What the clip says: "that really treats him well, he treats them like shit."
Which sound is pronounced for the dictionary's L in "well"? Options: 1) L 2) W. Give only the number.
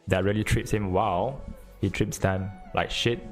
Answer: 2